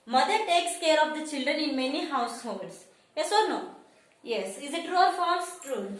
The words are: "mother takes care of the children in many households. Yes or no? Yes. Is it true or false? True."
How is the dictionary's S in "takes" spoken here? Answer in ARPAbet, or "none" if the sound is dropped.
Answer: S